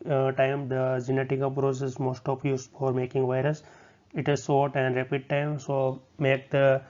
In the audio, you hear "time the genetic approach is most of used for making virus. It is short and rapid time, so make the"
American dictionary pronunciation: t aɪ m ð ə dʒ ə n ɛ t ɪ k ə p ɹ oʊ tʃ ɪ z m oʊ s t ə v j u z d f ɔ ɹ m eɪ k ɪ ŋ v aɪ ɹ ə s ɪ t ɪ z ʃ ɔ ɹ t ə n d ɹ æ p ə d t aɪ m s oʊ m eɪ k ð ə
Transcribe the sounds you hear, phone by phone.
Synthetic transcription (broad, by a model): t aɪ m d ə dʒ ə n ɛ t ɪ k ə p ɹ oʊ s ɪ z m oʊ s t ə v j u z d f ɔ ɹ m eɪ k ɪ ŋ v aɪ ɹ ə s ɪ t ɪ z s ɔ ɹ t ə n d ɹ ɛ p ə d t aɪ m s oʊ m eɪ k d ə